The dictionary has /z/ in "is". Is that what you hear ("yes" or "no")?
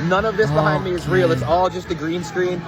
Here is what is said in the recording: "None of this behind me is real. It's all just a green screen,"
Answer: yes